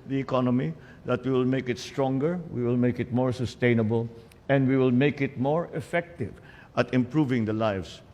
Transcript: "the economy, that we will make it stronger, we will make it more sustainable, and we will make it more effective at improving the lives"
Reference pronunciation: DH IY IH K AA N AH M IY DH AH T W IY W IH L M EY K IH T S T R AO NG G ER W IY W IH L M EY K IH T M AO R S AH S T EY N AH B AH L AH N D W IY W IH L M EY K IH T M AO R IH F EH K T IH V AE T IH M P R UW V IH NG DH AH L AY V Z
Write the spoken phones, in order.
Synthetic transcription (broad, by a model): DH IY IH K AA N AH M IY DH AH T W IY W IH L M EY K IH T S T R AO NG G ER W IY W IH L M EY K IH T M AO R S AH S T EY N AH B AH L AH N D W IY W IH L M EY K IH T M AO R IH F EH K T IH V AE T IH M P R UW V IH NG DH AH L AY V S